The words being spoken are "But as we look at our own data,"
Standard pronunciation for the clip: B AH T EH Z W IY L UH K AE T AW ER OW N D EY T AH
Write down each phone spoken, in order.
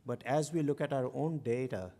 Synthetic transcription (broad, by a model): B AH T EH Z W IY L UH K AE T AW ER OW N D EY T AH